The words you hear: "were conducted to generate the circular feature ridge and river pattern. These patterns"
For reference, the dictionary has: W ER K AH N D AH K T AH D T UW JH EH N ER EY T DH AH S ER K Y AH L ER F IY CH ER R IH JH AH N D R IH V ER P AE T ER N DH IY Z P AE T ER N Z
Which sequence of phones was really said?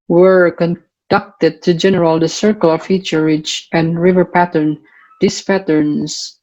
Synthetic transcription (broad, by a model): W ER K AH N D AH K T AH D T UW JH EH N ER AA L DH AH S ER K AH L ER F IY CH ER R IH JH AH N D R IH V ER P AE T ER N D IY S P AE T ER N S